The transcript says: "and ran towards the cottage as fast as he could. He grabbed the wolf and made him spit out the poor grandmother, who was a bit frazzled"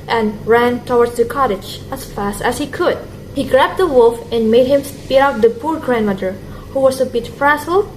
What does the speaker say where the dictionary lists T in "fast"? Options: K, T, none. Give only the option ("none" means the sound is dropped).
T